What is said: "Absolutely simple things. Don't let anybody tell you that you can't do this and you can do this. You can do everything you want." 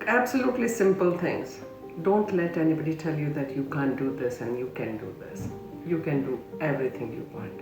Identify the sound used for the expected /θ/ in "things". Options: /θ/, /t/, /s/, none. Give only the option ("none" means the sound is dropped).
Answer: /t/